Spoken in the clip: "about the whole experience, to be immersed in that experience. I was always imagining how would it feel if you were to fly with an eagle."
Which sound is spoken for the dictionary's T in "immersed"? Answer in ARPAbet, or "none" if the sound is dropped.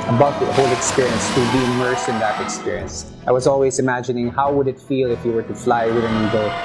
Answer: none